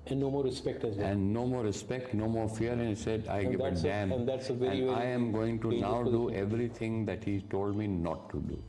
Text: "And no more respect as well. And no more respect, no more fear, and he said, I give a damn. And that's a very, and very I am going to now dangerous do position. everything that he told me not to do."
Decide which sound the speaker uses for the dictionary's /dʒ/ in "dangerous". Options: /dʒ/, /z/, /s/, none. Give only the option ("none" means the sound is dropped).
none